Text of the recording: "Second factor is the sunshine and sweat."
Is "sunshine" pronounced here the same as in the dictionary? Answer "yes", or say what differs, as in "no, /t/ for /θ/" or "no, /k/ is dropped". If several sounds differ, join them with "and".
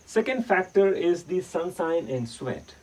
no, /s/ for /ʃ/